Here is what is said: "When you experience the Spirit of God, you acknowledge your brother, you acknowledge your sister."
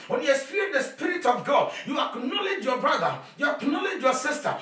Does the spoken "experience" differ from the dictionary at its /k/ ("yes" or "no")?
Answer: yes